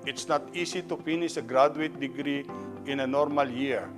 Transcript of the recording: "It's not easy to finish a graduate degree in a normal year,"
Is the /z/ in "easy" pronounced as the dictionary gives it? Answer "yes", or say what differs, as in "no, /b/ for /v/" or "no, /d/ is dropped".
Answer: no, /s/ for /z/